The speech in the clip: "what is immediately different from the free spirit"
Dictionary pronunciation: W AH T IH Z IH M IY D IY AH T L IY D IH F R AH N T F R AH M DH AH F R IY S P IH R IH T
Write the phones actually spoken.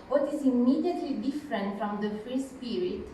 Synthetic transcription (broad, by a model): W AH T IH Z IH M IY D IY AH T L IY D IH F R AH N T F R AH M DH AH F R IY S P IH R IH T